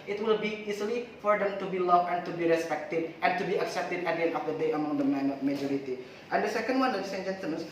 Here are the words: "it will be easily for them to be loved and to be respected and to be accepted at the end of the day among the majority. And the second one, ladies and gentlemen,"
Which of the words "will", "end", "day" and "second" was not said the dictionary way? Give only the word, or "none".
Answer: end